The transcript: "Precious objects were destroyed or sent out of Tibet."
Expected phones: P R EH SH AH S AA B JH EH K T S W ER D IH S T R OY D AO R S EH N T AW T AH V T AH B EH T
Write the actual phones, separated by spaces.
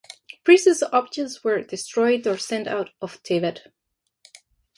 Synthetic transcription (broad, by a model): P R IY S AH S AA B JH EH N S W ER D IH S T R OY D AO R S EH N T AW T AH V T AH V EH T